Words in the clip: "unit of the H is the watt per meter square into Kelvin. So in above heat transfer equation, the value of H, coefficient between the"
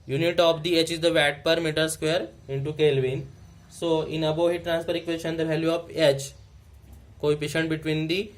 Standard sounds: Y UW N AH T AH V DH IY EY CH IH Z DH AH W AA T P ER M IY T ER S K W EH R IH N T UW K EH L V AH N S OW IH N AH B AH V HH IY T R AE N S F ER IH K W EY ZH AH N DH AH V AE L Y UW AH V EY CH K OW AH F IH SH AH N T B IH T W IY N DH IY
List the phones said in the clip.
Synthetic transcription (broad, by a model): Y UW N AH T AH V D IY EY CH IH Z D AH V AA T P ER M IY T ER S K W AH R IH N T UW K EH L V AH N S OW IH N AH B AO HH IY T R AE N S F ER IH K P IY SH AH N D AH V AE L Y UW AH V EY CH K OW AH P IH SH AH N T B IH T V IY N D IY